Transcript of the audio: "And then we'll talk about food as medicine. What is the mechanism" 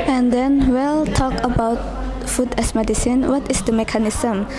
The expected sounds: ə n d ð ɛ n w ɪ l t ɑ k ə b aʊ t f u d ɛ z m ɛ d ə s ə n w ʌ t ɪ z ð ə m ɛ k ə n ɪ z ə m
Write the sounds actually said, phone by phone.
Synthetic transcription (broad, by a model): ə n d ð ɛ n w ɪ l t ɑ k ə b aʊ t f u d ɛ s m ɛ d ə s ə n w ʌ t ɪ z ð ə m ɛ k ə n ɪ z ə m